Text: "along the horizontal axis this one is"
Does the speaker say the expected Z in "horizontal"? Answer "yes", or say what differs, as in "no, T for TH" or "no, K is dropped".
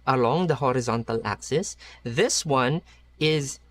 yes